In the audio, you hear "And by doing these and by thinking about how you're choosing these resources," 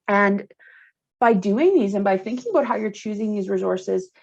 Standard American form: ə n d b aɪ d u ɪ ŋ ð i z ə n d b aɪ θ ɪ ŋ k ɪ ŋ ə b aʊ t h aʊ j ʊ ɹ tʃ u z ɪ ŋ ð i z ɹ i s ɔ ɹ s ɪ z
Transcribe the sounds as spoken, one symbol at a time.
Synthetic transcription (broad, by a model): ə n b aɪ d u ɪ ŋ ð i z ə n b aɪ θ ɪ ŋ k ɪ ŋ ə b aʊ t h aʊ j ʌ ɹ tʃ u z ɪ ŋ ð i z ɹ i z ɔ ɹ s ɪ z